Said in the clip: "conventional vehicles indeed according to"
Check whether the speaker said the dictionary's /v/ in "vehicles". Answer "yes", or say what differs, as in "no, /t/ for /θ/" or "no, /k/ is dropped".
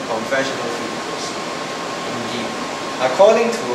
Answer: no, /f/ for /v/